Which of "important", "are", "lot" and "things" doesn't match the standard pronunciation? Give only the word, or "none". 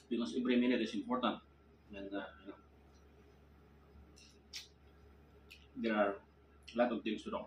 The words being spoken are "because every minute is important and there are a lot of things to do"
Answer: things